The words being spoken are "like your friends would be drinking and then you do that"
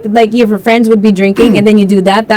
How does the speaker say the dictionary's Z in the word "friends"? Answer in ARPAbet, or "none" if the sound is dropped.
Z